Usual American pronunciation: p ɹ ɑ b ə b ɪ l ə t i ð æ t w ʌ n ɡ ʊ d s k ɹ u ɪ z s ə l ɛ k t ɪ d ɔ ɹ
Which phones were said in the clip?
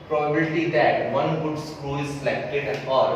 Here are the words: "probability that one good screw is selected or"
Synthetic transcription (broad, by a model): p ɹ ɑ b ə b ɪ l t i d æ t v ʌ n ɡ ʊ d s k ɹ u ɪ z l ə ɪ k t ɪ ɔ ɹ